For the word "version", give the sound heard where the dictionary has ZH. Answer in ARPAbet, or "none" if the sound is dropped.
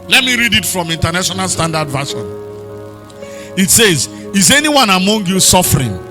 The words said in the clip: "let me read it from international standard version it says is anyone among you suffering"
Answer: SH